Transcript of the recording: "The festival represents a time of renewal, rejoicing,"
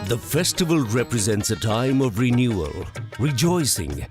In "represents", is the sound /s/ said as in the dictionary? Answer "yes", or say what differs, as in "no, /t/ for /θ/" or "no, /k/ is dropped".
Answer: yes